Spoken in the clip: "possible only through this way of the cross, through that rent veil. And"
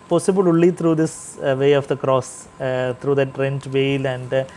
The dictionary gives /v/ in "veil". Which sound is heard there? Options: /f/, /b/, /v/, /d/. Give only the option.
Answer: /v/